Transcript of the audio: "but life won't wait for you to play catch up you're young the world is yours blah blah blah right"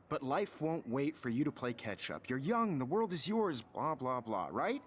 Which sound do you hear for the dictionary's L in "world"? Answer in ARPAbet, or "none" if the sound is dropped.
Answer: L